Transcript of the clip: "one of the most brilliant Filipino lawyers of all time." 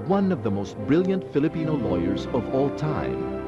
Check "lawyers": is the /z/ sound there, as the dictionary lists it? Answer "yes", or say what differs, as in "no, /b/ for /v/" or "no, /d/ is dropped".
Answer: yes